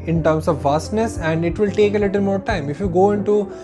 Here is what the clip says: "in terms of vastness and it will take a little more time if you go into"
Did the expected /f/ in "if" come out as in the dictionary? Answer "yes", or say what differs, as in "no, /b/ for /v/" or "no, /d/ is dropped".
yes